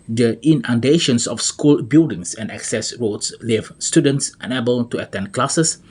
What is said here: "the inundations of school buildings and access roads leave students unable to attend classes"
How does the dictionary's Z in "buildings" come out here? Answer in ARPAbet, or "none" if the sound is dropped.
S